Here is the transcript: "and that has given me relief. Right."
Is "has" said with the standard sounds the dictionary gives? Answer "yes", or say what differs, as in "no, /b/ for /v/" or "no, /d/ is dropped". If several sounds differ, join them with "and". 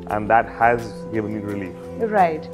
yes